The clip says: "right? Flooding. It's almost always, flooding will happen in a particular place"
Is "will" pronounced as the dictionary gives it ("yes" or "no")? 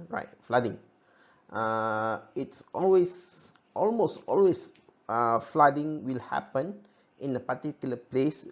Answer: yes